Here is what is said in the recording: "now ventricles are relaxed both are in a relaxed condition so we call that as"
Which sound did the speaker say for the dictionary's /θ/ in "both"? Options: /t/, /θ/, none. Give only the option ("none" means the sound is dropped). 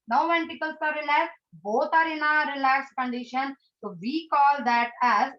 /t/